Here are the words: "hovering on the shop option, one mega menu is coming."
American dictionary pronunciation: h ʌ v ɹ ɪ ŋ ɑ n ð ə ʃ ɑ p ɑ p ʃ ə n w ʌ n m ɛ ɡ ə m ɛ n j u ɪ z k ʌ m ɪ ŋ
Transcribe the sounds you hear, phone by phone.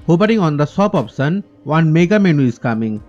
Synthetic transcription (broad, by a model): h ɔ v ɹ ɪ ŋ ɑ n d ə s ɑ p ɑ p s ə n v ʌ n m ɛ ɡ ə m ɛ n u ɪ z k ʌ m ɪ ŋ